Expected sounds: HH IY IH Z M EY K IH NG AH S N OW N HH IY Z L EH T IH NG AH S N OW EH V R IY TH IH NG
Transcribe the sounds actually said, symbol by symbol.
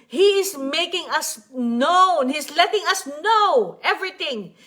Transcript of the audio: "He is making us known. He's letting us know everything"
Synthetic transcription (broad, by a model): HH IY IH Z M EY K IH NG AH S N OW N HH IY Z L EH T IH NG AH S N OW EH V R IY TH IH NG